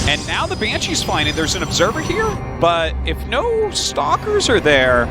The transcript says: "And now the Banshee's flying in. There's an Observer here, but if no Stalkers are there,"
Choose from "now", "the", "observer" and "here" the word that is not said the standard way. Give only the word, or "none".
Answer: none